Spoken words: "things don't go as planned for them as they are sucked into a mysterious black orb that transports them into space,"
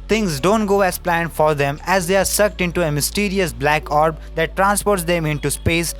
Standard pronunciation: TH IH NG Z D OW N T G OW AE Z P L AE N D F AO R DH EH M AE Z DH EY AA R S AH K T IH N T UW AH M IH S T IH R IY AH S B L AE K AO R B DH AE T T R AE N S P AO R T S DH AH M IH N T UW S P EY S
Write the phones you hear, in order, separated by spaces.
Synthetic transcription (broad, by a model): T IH NG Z D OW N T G OW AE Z P L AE N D F AO R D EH M AE Z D EY AA R S AH K T IH N T UW AH M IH S T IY R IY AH S B L AE K AO R B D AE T T R AE N S P AO R T S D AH M IH N T UW S P EY S